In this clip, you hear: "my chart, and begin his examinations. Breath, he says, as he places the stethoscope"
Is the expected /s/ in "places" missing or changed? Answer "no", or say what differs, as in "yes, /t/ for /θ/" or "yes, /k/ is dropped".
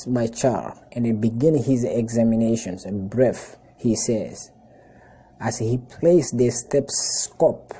yes, /s/ is dropped